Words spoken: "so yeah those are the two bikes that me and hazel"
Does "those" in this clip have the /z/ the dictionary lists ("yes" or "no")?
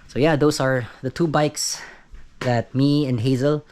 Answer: no